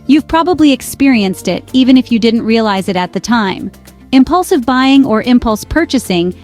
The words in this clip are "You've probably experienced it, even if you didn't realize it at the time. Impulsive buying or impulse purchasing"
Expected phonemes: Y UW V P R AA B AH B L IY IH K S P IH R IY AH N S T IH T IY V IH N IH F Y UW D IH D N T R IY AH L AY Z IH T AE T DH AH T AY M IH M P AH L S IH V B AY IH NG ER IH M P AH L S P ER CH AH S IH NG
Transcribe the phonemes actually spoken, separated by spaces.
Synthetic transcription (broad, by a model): Y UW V P R AA B AH B L IY IH K S P IH R IY AH N S T IH T IY V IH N IH F Y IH D IH D N T R IY AH L AY Z IH T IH T DH AH T AY M IH M P AH L S IH V B AY IH NG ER IH M P AH L S P ER CH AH S IH NG